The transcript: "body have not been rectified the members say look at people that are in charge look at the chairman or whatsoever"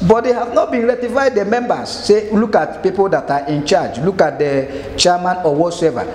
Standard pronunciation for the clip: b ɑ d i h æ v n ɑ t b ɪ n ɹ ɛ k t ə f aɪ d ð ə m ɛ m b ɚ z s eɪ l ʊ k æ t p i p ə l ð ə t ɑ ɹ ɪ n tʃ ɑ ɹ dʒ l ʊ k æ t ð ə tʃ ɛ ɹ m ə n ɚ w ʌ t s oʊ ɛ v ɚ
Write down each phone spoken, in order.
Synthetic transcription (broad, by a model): b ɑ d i h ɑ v n ɑ t b ɪ n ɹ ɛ t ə f aɪ d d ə m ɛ m b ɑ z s eɪ l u k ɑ t p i p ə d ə t ɑ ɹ ɪ n tʃ ɑ dʒ l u k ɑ t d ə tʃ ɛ m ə n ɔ w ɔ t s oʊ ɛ v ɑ